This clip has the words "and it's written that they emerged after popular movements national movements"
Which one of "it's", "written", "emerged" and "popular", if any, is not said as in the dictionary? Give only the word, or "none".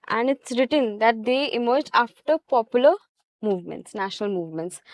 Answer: emerged